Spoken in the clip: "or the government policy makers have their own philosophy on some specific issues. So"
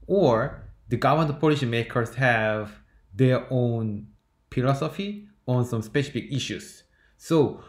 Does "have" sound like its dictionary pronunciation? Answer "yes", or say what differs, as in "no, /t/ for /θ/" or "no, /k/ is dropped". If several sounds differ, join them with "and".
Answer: yes